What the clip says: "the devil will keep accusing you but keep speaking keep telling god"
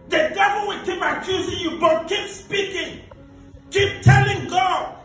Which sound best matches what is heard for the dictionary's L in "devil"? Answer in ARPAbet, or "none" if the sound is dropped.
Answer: N